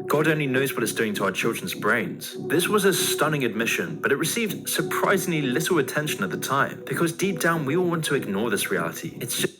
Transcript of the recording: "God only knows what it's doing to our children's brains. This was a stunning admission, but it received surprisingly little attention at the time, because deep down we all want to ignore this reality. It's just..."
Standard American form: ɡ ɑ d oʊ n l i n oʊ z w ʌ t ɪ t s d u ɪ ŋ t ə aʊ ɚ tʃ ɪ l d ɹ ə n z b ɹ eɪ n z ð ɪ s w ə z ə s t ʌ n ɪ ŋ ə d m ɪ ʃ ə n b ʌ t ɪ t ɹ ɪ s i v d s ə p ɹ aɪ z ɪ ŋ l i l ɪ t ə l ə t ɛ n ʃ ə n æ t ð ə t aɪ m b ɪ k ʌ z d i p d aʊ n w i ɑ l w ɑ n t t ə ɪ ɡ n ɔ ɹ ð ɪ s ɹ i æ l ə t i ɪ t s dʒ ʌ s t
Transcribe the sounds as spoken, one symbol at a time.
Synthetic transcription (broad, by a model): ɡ ɑ d oʊ n l i n oʊ z w ʌ t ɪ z d u ɪ ŋ t ə aʊ ɚ tʃ ɪ l d ɹ ə n z b ɹ eɪ n z ð ɪ s w ə z ə s t ʌ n ɪ ŋ ə d m ɪ ʃ ə n b ʌ t ɪ t ɹ ɪ s i v d s ə p ɹ aɪ z ɪ ŋ l i l ɪ t l ə t ɛ n ʃ ə n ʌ t ð ə t aɪ m b ɪ k ʌ z d i p d aʊ n w i ɑ l w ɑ n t t ə ɪ ɡ n ɔ ɹ ð ɪ s ɹ i æ l ə t i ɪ t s s